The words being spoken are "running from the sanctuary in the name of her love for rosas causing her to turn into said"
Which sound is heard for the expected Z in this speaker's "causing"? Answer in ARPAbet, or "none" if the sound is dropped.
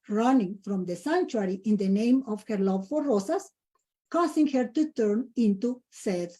S